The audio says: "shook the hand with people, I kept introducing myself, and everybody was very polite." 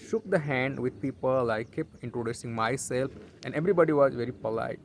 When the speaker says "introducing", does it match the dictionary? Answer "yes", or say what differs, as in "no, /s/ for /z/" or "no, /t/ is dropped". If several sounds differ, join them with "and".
yes